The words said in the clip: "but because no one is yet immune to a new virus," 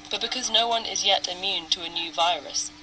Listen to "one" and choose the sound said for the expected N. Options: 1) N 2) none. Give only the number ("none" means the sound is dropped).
1